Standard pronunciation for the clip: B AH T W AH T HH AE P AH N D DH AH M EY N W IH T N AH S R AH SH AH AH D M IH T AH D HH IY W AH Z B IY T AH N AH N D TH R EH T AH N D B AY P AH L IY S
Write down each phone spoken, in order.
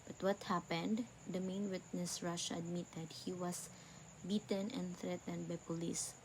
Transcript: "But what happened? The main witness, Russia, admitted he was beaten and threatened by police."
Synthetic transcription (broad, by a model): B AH T W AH T HH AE P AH N D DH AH M EY N W IH T N AH S R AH SH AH AH D M IH T AH D HH IY W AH S B IY T AH N AH N D TH R EH T AH N D B AY P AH L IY S